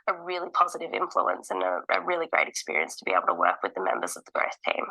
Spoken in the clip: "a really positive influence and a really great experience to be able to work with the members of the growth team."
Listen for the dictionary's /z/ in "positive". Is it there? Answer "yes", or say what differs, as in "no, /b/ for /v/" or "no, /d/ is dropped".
yes